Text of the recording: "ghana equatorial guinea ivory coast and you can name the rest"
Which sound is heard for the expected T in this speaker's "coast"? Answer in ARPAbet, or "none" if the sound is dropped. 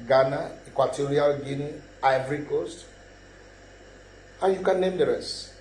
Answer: T